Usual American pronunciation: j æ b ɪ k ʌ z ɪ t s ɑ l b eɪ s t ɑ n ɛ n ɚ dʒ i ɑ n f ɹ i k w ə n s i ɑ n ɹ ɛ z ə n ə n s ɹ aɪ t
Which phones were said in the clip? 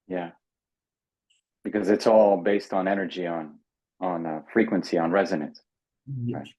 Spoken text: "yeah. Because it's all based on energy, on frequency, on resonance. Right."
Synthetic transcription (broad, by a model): j æ b ɪ k ʌ z ɪ t s ɑ l b eɪ s t n ɛ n ɚ dʒ i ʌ n f ɹ i k w ə n s i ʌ n ɹ ɛ z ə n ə n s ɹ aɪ t